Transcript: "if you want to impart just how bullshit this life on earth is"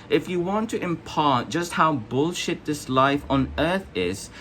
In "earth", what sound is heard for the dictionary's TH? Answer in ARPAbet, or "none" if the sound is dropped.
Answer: TH